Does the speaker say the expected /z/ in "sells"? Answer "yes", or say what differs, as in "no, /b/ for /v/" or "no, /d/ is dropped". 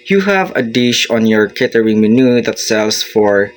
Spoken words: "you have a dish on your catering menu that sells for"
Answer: no, /s/ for /z/